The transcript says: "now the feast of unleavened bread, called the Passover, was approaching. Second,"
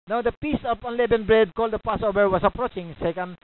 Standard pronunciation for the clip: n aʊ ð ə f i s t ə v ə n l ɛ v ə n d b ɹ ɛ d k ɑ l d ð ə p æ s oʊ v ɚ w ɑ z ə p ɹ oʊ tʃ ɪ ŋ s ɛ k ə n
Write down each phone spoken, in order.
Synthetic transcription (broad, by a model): n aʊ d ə p i s ə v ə n l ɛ b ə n b ɹ ɛ d k ɑ l d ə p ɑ s oʊ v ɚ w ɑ s ə p ɹ oʊ tʃ ɪ ŋ s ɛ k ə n